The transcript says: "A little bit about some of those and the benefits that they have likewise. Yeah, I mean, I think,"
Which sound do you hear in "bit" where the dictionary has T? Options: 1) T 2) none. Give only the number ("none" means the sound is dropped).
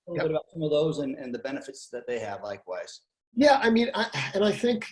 2